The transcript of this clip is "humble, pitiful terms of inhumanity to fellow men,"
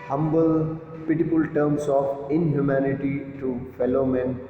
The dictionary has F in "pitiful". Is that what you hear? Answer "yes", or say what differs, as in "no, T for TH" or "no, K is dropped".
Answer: no, P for F